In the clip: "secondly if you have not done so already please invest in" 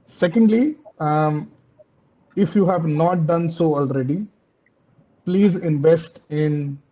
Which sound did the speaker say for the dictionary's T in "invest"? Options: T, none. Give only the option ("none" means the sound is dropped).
T